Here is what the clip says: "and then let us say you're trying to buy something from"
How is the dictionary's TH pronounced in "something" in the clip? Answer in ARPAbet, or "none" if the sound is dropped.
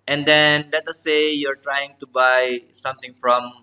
T